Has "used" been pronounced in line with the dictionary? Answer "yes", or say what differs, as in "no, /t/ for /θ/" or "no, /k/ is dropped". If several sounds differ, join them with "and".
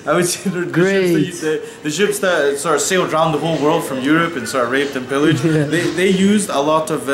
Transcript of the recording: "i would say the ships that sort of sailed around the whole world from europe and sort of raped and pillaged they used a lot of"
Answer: yes